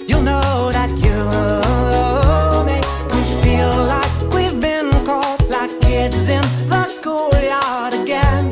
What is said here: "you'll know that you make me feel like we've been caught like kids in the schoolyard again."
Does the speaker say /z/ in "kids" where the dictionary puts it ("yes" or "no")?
yes